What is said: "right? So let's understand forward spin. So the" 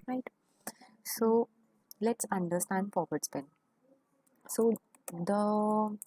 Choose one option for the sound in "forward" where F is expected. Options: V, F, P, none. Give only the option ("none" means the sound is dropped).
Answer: P